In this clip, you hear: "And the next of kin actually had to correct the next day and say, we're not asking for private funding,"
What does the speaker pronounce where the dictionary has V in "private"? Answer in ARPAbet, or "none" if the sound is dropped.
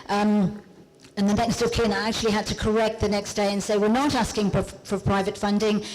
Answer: V